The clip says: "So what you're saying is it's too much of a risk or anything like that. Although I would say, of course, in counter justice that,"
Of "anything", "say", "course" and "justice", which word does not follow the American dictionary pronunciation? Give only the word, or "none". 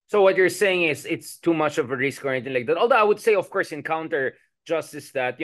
anything